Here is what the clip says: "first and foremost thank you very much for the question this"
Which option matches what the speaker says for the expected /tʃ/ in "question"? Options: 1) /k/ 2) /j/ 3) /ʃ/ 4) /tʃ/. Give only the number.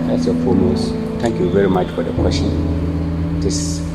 3